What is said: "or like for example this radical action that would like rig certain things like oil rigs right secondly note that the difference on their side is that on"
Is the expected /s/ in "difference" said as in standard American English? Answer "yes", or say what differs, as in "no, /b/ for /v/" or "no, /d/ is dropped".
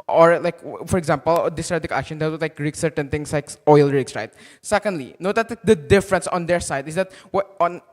yes